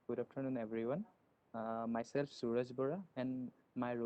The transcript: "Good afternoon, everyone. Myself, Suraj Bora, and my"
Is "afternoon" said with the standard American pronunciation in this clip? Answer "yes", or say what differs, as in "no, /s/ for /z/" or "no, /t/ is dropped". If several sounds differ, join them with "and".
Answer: no, /p/ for /f/